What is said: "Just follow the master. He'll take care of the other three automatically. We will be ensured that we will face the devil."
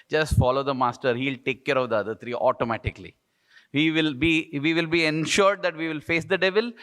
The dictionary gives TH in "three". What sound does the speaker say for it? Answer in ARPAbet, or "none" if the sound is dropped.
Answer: T